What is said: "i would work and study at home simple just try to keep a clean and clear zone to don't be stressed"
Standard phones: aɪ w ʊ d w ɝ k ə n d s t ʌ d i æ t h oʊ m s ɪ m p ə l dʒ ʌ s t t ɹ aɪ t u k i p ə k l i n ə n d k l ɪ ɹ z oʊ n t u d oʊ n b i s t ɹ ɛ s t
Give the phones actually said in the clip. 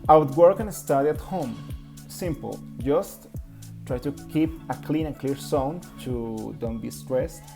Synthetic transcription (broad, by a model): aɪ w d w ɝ k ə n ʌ s t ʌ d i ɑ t h oʊ m s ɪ m p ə l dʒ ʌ s t t ɹ aɪ t u k i p ə k l i n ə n k l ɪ ɹ s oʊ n t u d oʊ n b i s t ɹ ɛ s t